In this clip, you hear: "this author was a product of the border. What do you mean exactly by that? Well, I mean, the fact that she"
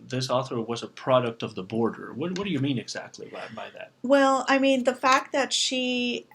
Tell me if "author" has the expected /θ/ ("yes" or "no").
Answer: yes